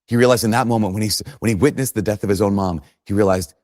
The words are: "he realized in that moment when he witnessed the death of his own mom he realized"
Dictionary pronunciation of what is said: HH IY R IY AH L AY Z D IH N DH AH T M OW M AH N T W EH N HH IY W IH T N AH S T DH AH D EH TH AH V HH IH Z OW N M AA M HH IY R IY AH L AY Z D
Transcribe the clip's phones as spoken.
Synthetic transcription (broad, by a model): HH IY R IY AH L AY Z D IH N DH AH T M OW M AH N T W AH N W IY W IH T N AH S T DH AH D EH TH AH V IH Z OW N M AA M HH IY R IY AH L AY Z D